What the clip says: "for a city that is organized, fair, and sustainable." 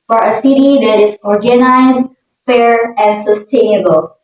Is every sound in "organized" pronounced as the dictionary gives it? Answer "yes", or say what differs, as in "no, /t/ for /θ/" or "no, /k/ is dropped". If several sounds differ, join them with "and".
yes